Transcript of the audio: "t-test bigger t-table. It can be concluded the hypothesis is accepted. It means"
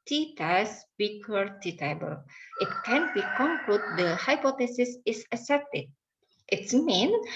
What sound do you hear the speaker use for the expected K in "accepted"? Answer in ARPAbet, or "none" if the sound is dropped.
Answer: none